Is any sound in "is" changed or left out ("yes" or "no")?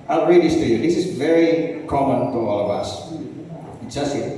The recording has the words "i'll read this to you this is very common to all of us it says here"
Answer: no